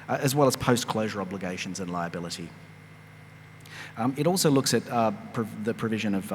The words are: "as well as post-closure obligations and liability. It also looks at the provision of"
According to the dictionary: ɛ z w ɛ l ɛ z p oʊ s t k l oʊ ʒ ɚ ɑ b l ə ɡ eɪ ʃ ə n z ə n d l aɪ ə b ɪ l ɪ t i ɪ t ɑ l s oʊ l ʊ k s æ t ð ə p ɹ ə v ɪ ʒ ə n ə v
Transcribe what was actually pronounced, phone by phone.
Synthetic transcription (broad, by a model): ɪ z w ɛ l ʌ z p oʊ s k l oʊ ʒ ɚ ɑ b l ə ɡ eɪ ʃ ə n z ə n l aɪ ə b ɪ l ɪ t i ɪ t ɑ l s oʊ l ʊ k s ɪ t ð ə p ɹ ə v ɪ ʒ ə n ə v